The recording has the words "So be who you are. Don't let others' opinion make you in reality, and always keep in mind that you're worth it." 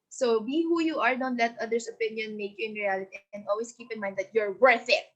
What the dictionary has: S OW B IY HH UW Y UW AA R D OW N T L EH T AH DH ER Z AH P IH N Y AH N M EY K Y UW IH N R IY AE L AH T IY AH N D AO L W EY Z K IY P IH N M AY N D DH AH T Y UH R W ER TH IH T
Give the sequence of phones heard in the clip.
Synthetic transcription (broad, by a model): S OW B IY HH UW Y UW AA R D OW N T L EH T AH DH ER S AH P IH N Y AH N M EY K Y UW IH N R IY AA L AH T IY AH N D AO L W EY S K IY P IH N M AY N D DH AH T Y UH R W ER TH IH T